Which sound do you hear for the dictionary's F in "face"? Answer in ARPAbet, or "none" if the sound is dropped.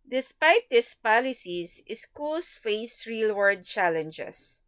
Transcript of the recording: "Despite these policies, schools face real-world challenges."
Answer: F